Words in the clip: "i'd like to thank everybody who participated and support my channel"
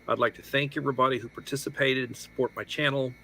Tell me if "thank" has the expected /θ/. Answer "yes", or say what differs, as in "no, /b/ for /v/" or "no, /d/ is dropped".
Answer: yes